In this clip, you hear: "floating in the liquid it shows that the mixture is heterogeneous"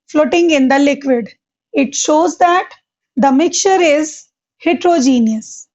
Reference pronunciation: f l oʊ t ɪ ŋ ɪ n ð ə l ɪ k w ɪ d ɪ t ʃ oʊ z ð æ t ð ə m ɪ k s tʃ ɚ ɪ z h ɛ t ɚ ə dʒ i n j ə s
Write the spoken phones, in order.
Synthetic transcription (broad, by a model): f l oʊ t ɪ ŋ ɪ n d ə l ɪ k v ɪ d ɪ t ʃ oʊ z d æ t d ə m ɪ k tʃ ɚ ɪ z h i t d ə dʒ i n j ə s